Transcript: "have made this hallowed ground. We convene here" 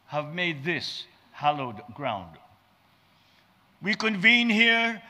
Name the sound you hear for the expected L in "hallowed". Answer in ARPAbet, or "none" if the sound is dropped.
L